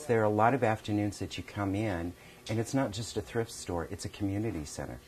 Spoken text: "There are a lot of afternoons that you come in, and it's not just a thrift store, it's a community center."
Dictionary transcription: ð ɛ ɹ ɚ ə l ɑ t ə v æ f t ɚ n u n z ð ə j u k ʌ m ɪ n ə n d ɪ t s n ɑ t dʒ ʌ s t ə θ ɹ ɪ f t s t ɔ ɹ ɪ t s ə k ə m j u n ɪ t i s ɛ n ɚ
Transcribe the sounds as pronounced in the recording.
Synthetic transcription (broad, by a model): ð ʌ ɹ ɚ ə l ɑ t ə v æ f t ɚ n u n z ð ə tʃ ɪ k ʌ m ɪ n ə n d ɪ t s n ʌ t dʒ ʌ s t ə θ ɹ ɪ f t s t ɔ ɹ ɪ t s ə k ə m j u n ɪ t i s ɛ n ɚ